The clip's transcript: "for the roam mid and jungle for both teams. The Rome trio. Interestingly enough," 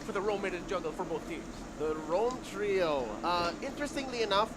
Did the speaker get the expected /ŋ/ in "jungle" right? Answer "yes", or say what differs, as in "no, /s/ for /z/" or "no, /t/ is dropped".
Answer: no, /ŋ/ is dropped